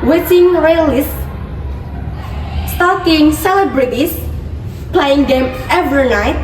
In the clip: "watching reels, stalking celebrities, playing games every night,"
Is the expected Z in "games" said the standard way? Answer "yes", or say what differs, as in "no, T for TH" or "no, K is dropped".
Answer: no, Z is dropped